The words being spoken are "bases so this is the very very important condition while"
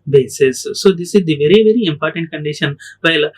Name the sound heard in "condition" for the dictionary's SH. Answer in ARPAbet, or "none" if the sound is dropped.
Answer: SH